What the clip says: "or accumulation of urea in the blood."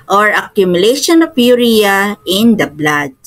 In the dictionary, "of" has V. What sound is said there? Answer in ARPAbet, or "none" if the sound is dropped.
P